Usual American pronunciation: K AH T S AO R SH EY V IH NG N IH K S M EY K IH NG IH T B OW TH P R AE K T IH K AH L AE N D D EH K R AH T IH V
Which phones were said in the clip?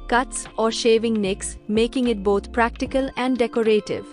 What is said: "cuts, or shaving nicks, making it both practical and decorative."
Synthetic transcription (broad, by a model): K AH T S AO R SH EY V IH NG N IH K S M EY K IH NG IH T B OW T P R AE K T IH K AH L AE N D D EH K R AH T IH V